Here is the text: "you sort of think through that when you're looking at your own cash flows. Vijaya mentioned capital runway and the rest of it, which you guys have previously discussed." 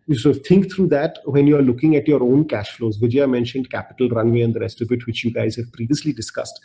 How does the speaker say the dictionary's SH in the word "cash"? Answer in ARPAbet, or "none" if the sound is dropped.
SH